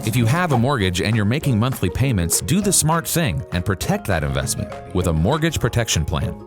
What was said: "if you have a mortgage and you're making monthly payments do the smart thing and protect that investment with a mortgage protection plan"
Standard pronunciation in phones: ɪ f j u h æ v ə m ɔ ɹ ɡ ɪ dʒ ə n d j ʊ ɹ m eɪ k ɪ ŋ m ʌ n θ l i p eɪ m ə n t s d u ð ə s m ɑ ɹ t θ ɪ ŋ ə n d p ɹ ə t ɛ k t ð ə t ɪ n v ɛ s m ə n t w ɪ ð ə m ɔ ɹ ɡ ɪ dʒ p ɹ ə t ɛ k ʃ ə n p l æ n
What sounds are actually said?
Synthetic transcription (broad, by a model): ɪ f j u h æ v ə m ɔ ɹ ɡ ɪ dʒ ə n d j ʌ ɹ m eɪ k ɪ ŋ m ʌ n θ l i p eɪ m ə n t s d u ð ə s m ɑ ɹ t θ ɪ ŋ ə n p ɹ ə t ɛ k t ð ə t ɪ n v ɛ s m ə n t w ɪ ð ə m ɔ ɹ ɡ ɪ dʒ p ɹ ə t ɛ k ʃ ə n p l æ n